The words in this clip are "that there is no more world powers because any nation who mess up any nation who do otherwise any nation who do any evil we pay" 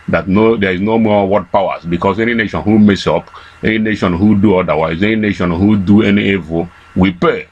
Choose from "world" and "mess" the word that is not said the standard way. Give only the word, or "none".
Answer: world